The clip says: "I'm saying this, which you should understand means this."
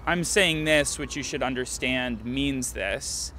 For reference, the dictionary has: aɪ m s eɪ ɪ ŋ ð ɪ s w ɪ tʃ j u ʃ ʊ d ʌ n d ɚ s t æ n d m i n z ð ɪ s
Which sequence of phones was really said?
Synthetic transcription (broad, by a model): aɪ m s eɪ ɪ ŋ ð ɪ s w ɪ tʃ j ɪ ʃ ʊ d ʌ n d ɚ s t æ n d m i n z ð ɪ s